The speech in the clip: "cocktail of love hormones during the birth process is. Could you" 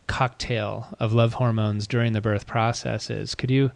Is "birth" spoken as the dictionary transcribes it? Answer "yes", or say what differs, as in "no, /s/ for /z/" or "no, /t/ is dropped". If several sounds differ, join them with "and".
yes